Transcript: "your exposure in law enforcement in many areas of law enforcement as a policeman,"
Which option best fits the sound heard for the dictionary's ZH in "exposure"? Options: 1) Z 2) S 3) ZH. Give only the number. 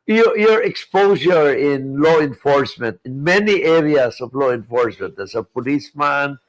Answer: 2